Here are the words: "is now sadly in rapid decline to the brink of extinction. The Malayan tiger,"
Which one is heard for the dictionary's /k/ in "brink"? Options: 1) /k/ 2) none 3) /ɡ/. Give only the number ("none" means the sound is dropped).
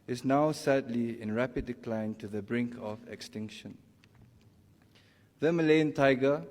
1